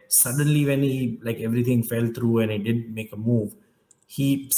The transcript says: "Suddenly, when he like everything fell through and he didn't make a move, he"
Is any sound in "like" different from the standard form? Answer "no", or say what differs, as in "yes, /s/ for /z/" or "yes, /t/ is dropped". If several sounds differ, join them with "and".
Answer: no